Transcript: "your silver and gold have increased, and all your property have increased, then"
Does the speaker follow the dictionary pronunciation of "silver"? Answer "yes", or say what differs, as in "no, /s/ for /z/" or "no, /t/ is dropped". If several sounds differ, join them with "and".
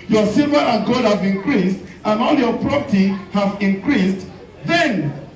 no, /l/ is dropped